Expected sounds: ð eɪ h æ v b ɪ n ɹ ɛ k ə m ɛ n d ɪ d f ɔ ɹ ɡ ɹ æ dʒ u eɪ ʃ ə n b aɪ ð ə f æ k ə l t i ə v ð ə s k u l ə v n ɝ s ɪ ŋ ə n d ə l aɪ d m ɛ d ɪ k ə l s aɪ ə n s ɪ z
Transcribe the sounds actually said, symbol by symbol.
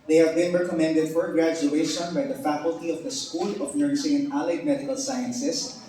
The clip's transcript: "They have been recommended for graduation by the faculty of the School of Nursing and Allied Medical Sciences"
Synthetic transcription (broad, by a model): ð eɪ h æ v b ɪ n ɹ ɛ k ə m ɛ n d ɪ d f ɔ ɹ ɡ ɹ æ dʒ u eɪ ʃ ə n b aɪ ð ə f æ k ə l t i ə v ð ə s k u l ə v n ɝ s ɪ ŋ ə n ə l aɪ d m ɛ d ɪ k ə l s aɪ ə n s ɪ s